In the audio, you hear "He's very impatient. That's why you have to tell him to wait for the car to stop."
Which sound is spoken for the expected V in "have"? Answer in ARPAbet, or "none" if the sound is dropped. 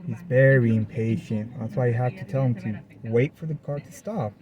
F